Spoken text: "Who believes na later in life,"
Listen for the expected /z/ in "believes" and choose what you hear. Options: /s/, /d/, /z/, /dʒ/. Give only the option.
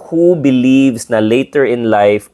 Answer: /s/